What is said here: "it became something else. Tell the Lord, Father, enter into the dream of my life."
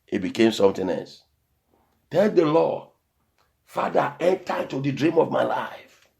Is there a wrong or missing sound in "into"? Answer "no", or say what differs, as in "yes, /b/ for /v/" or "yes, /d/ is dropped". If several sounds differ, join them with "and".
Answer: yes, /n/ is dropped